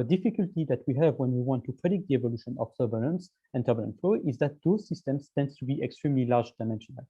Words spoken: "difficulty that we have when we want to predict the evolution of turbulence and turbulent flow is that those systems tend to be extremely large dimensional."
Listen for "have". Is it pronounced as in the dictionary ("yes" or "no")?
yes